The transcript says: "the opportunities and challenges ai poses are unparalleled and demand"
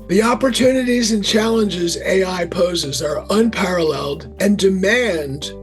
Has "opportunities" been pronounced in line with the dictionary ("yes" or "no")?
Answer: yes